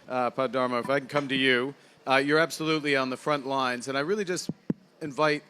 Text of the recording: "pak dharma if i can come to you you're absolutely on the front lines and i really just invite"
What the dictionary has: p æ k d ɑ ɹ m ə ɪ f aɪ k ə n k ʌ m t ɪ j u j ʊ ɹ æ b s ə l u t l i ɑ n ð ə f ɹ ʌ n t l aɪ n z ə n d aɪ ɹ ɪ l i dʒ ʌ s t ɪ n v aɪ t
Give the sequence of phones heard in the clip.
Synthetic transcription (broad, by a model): p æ d ɑ ɹ m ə ɪ f aɪ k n k ʌ m t ɪ j u j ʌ ɹ æ b s ə l u t l i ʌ n ð ə f ɹ ʌ n t l aɪ n z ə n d aɪ ɹ ɪ l i dʒ ʌ s t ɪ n v aɪ t